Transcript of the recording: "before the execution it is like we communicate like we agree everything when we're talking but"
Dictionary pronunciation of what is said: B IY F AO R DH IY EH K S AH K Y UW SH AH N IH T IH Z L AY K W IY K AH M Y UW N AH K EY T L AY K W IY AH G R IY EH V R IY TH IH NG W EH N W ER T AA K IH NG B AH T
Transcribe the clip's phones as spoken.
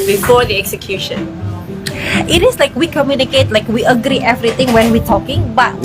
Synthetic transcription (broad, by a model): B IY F AO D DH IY EH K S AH K Y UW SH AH N IH T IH S L AY K W IY K AH M Y UW N AH K EY T L AY K W IY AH G R IY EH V R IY T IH NG W EH N W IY T AA K IH NG B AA T